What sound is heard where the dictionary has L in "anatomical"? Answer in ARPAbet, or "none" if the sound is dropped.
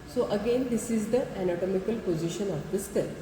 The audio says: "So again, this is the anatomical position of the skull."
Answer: L